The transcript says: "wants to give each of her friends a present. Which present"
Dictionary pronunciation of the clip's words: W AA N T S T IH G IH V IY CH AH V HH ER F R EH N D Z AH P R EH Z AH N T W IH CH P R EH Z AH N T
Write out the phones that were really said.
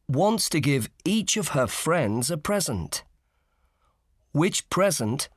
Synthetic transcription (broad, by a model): W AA N T S T IH G IH V IY CH AH V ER F R EH N D Z AH P R EH Z AH N T W IH CH P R EH Z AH N T